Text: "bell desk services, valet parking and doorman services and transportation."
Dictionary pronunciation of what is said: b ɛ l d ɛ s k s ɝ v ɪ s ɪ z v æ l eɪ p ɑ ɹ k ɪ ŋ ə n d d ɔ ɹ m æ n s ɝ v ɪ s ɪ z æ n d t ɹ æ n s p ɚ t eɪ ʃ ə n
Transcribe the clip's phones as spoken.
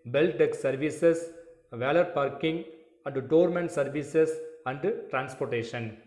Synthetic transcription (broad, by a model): b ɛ l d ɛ k s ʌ v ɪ s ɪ s v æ l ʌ p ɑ ɹ k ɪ ŋ ə n d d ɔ ɹ m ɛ n s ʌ v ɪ s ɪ s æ n d t ɹ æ n s p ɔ t eɪ ʃ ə n